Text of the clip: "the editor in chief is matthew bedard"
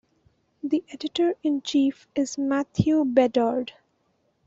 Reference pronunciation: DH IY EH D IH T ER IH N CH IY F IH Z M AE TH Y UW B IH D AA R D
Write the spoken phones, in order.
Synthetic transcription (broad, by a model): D IY EH D IH T ER IH N CH IY F IH Z M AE T Y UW B IH D AA R D